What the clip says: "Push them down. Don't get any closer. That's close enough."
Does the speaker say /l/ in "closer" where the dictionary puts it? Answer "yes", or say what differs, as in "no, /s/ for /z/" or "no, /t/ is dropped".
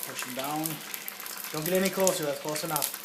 no, /l/ is dropped